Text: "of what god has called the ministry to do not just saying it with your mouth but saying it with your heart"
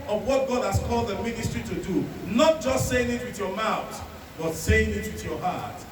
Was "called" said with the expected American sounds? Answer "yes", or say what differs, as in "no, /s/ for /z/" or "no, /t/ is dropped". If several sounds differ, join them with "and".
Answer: yes